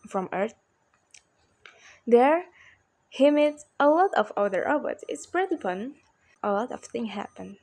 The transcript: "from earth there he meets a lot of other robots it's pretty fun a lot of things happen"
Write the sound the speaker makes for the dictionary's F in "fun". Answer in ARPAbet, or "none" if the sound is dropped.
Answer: P